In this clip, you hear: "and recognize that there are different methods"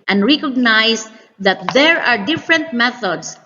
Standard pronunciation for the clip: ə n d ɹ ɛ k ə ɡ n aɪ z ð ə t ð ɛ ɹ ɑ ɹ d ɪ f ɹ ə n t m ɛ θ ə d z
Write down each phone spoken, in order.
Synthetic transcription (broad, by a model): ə n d ɹ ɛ k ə ɡ n aɪ s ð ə t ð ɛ ɹ ɑ ɹ d ɪ f ɹ ə n t m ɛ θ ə d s